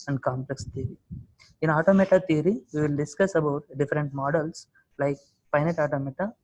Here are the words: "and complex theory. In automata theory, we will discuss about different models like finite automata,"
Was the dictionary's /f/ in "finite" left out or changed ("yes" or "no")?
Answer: yes